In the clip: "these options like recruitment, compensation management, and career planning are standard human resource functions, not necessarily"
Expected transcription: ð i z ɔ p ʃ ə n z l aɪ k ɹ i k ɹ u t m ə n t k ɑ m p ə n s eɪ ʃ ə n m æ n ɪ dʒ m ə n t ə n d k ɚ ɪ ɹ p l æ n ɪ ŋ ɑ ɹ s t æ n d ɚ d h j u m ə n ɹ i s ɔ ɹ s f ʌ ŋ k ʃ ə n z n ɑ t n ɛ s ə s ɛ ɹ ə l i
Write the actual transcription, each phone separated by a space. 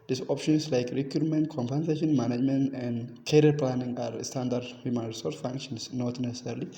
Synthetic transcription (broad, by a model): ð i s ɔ p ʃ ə n s l aɪ k ɹ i k u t m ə n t k ɑ m p ə n s eɪ ʃ ə n m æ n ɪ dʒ m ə n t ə n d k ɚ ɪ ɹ p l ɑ n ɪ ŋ ɑ ɹ s t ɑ n d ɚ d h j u m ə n ɹ i s ɔ ɹ s f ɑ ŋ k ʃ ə n s n ɑ t n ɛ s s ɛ ɹ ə l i